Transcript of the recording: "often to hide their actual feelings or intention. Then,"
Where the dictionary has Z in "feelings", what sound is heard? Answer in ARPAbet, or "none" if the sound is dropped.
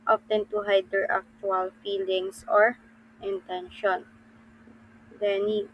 S